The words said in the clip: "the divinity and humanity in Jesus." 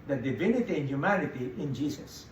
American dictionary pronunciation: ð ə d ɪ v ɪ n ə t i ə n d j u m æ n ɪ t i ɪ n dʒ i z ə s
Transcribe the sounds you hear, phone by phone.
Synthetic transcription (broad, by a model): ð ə d ɪ v ɪ n ə t i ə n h j u m æ n ɪ t i ɪ n dʒ i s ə s